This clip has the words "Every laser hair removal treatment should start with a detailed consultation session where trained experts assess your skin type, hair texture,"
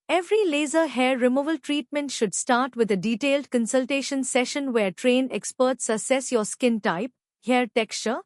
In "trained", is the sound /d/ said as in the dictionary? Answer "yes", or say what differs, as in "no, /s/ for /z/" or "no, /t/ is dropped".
no, /d/ is dropped